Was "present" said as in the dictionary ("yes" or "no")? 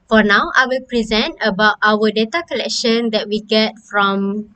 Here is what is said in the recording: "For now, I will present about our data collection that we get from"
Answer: yes